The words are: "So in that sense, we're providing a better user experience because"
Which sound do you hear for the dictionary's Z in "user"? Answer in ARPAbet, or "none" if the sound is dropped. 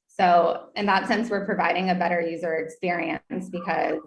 Z